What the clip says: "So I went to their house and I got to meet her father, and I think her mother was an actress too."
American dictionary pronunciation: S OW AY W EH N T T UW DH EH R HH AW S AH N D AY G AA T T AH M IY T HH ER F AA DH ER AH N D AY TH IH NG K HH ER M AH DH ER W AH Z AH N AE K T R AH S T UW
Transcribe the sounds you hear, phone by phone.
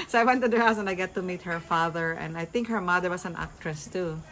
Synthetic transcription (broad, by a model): S OW AY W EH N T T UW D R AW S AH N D AY G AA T T AH M IY T HH ER F AA DH ER AH N D AY TH IH NG K HH ER M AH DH ER W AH S AH N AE K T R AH S T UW